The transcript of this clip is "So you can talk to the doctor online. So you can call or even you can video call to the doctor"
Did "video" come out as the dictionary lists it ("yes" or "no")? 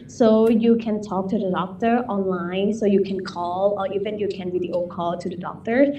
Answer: no